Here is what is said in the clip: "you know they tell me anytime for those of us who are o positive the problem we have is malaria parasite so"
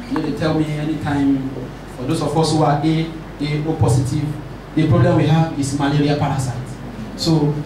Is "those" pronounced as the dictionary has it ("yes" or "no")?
no